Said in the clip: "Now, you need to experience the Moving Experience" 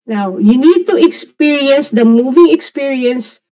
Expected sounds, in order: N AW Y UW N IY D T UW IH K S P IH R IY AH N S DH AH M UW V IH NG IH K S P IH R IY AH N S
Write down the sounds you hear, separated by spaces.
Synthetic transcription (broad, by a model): N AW Y UW N IY D T UW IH K S P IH R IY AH N S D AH M UW V IH NG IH K S P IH R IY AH N S